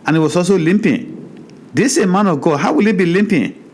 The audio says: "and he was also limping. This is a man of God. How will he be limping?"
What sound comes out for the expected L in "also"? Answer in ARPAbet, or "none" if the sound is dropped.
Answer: none